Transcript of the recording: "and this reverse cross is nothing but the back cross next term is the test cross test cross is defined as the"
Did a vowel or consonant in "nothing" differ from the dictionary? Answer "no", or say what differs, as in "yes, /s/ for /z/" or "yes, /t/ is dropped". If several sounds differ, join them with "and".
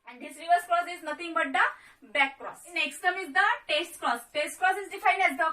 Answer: yes, /t/ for /θ/